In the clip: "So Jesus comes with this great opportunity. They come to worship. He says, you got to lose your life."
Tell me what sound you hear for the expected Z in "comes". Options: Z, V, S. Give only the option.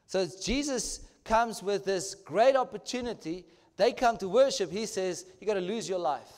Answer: Z